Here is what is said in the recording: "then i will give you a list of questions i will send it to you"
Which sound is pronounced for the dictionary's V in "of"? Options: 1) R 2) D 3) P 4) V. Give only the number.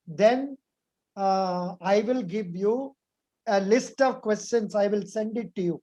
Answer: 4